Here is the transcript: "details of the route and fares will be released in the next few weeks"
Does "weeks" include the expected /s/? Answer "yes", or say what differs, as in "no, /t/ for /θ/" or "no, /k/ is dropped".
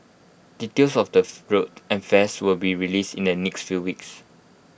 yes